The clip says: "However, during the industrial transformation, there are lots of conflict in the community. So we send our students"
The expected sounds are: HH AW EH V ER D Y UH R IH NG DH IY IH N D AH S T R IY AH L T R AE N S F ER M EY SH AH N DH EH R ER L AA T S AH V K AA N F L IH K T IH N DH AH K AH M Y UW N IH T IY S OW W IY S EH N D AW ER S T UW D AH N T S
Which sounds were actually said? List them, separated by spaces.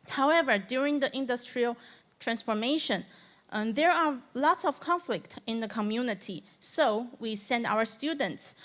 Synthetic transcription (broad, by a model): HH AW EH V ER D Y UH R IH NG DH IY IH N D AH S T R IY AH L T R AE N S F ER M EY SH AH N DH EH R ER L AA T S AH V K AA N F L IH K T IH N DH AH K AH M Y UW N IH T IY S OW W IY S EH N D AW ER S T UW D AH N T S